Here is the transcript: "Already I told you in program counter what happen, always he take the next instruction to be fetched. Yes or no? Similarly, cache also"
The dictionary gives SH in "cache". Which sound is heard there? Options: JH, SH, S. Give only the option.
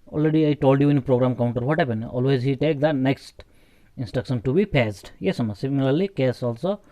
S